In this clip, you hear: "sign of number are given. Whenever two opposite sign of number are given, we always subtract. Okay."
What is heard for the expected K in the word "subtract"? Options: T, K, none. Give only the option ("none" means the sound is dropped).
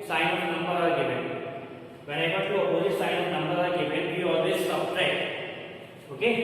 none